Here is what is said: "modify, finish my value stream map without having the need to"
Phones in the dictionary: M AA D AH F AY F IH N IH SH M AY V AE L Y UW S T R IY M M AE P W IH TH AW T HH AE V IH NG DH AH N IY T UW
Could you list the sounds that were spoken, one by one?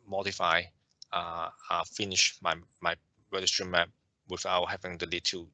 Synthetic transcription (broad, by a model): M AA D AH F AY F IH N IH SH M AY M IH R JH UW S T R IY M M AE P W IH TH AW T HH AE V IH NG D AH L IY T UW